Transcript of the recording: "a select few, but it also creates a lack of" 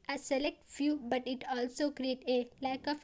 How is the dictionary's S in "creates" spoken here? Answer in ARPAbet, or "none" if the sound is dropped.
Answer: none